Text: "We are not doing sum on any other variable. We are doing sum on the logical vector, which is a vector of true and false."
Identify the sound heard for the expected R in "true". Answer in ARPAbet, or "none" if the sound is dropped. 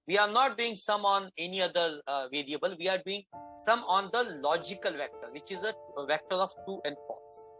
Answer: none